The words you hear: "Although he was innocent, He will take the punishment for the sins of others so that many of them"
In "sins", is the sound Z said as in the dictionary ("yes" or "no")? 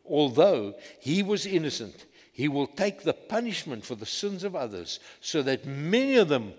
yes